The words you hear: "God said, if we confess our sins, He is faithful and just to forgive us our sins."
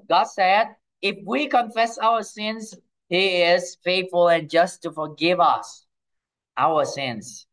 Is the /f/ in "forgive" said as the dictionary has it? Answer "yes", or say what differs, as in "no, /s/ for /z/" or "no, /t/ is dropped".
yes